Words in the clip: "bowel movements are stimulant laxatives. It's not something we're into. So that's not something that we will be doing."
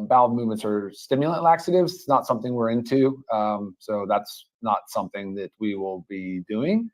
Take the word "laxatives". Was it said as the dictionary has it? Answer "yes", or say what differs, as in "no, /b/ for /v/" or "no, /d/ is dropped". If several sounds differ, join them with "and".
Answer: yes